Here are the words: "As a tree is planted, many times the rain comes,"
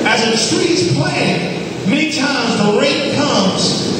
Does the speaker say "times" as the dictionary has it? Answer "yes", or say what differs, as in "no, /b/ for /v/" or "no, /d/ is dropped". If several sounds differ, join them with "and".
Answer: yes